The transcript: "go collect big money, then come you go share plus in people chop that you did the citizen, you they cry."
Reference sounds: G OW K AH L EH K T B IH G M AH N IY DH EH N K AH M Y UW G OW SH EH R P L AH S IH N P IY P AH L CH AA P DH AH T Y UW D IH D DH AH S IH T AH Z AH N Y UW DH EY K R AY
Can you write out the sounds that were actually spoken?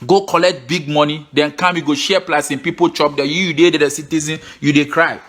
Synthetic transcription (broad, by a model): G OW K AH L EH K T B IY G M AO N IY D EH N K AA M Y UW G OW SH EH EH P L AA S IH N P IY P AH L CH AA P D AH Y Y UW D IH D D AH S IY T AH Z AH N Y UW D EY K R AY